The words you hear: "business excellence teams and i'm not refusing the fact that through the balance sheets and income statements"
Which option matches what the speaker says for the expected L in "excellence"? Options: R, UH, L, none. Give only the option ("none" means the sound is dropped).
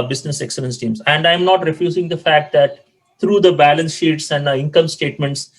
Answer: L